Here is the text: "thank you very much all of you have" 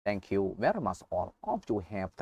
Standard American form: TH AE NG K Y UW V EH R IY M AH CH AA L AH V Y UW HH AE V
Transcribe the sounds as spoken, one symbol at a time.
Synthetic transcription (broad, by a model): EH NG K Y UW V EH R IY M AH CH AA L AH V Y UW HH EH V